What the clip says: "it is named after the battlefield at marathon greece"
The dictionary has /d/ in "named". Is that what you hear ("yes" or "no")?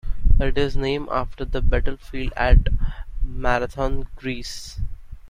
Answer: no